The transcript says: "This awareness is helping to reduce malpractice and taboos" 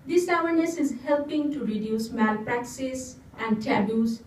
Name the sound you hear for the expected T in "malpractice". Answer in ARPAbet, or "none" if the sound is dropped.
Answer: S